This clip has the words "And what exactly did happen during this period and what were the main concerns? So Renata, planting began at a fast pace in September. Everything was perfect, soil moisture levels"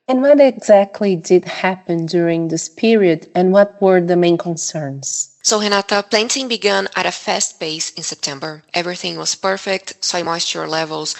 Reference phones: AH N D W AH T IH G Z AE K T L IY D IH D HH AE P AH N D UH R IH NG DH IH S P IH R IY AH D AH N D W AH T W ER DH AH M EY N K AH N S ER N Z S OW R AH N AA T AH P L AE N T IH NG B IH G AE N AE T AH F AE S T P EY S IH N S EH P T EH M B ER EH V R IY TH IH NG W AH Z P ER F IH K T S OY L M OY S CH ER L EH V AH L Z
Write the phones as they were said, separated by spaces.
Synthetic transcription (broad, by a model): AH N W AH T IH G Z AE K T L IY D IH D HH AE P AH N D UH R IH NG DH IH S P IH R IY AH D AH N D W AH T W ER DH AH M EY N K AH N S ER N Z S OW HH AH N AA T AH P L AE N T IH NG B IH G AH N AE T AH F AE S T B EY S IH N S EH P T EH M B ER EH V R IY TH IH NG W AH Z P ER F IH K T S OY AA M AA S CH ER L EH V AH L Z